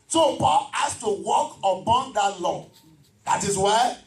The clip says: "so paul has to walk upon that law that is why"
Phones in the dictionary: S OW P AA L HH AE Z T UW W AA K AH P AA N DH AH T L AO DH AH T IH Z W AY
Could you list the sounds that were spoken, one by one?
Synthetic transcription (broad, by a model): S OW P AA L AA S T UW W AA K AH B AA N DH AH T L AO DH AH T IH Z W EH